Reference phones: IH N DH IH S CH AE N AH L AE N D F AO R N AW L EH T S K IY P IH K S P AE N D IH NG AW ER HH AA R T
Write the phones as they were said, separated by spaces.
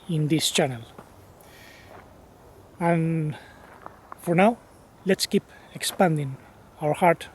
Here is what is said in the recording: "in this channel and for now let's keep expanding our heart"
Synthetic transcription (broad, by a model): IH N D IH S CH AE N AH L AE N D F AO R N AW L EH T S K IY P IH K S P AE N D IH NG AW ER HH AA R T